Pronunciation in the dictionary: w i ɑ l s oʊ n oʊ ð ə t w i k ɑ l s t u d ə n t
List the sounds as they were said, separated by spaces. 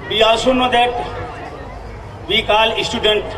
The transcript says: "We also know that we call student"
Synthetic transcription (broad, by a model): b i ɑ s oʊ n oʊ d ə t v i k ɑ l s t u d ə n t